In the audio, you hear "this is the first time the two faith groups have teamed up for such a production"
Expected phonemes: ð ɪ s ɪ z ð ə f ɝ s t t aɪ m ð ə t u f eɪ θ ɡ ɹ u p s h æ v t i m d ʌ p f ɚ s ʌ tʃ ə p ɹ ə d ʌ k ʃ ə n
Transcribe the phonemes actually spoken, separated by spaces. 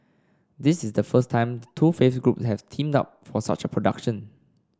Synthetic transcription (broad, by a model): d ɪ s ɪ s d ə f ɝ s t t aɪ m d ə t u f eɪ f ɡ ɹ u p s h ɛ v t i m d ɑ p f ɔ s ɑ tʃ ə p ɹ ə d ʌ k ʃ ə n